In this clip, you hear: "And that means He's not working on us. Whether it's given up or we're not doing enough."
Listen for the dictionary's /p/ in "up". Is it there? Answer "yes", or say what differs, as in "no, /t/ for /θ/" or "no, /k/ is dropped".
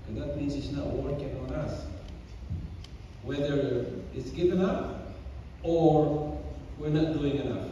no, /f/ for /p/